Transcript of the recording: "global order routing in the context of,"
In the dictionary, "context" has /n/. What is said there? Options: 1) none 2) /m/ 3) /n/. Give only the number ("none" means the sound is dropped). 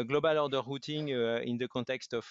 1